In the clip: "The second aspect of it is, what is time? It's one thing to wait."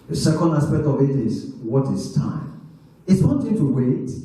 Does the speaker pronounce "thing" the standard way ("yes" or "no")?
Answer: no